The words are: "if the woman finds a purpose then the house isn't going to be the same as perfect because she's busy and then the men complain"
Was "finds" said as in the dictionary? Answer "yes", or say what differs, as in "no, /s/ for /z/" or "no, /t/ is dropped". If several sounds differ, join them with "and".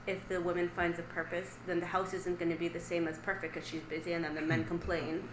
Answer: yes